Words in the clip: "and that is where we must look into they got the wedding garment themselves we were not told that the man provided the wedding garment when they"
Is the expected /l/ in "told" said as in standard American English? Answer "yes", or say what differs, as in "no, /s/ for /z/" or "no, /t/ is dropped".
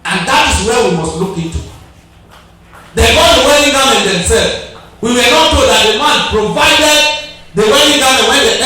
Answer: no, /l/ is dropped